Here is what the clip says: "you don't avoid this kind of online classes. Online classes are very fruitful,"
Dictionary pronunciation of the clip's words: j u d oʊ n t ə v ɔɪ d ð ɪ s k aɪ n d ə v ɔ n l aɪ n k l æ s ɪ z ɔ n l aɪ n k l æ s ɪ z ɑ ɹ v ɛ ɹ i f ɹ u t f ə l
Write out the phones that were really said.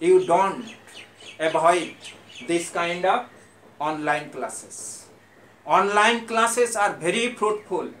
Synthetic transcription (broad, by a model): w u d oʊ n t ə b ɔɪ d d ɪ s k aɪ n d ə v ɔ n l aɪ n k l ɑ s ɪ s ɔ n l aɪ n k l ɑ s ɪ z ɑ ɹ b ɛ ɹ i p ɹ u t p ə l